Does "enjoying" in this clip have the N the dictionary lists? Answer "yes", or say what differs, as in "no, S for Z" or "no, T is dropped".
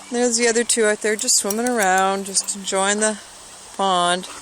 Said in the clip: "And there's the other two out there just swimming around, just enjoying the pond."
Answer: no, N is dropped